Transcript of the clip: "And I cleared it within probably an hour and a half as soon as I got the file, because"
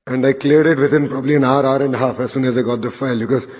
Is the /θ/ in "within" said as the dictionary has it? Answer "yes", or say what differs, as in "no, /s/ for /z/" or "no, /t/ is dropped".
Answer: no, /t/ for /θ/